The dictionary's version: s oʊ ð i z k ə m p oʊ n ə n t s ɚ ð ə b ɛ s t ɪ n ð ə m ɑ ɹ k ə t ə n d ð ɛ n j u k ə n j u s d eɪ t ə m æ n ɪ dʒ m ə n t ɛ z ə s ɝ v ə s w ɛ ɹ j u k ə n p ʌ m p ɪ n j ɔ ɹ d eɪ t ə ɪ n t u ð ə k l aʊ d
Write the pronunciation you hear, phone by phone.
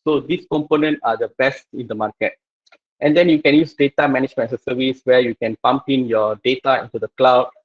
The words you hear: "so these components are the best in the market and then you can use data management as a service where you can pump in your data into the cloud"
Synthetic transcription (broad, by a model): s oʊ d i s k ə m p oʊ n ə n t ɑ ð ə b ɛ s t ɪ n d ə m ɑ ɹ k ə t ə n d ɛ n j u k ə n j u s d eɪ t ə m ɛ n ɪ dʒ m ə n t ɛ ə s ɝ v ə s w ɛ j u k ə n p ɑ m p ɪ n j ɔ d eɪ t ə ɪ n t u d ə k l aʊ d